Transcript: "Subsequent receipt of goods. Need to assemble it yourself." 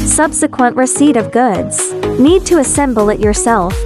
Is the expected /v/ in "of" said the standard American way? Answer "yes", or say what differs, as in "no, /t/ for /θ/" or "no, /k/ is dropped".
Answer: yes